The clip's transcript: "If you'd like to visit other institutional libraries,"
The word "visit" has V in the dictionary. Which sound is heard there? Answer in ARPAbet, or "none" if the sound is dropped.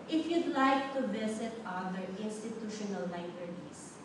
B